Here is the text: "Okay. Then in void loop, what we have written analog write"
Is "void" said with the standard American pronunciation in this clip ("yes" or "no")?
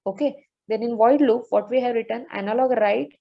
yes